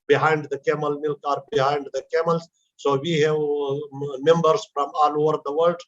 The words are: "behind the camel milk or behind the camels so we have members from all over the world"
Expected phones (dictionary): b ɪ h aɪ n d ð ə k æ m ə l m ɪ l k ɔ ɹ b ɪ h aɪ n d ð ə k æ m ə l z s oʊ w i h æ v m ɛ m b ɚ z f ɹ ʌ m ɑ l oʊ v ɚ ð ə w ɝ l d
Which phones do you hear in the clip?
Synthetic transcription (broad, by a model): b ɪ h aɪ n d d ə k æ m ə l m ɪ l k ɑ ɹ b ɪ h aɪ n d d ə k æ m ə l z s oʊ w i h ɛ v m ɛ m b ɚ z f ɹ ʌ m ɑ l oʊ v ɚ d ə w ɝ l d